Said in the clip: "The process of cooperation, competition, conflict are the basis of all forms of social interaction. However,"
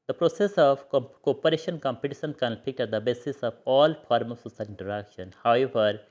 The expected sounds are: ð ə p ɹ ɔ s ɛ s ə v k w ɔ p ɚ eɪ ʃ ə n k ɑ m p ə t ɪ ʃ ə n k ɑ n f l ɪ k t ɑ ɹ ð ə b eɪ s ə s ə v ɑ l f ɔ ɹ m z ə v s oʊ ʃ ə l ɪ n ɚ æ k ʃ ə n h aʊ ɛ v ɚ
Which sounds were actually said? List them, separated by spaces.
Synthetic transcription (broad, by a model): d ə p ɹ ɔ s ɛ s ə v k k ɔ p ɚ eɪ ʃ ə n k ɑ m p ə t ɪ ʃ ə n k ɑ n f ɪ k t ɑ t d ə b eɪ s ə s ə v ɑ l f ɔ ɹ m ə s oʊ s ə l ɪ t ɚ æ k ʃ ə n h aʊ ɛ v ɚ